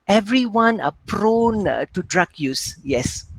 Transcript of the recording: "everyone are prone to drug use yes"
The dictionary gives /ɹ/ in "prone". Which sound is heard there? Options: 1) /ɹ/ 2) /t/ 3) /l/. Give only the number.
1